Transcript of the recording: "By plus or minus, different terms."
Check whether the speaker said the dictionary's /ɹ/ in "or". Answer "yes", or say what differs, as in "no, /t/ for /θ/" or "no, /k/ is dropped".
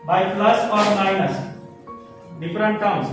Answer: yes